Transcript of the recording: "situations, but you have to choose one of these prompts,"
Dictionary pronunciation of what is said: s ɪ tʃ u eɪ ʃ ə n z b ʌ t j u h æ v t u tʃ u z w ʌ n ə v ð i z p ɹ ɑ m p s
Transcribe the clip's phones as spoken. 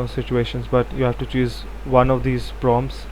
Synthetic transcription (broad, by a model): s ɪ tʃ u eɪ ʃ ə n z b ʌ t j u h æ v t u tʃ u z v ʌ n ə v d i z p ɹ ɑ m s